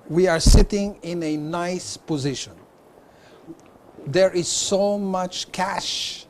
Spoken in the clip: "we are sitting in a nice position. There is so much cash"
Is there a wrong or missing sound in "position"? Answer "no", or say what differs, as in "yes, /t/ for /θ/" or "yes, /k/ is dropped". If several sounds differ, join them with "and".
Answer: no